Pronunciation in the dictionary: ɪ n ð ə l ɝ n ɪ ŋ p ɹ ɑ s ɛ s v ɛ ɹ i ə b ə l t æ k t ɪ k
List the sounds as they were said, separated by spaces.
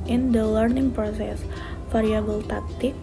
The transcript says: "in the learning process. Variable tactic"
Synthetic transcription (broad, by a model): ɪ n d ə l ɝ n ɪ ŋ p ɹ ɑ s ɛ s f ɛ ɹ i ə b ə l t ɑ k t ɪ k